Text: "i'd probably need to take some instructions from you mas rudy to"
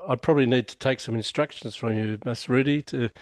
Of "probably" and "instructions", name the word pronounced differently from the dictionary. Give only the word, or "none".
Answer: none